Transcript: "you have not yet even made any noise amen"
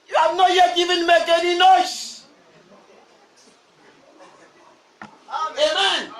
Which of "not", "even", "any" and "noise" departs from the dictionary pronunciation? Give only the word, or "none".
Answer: noise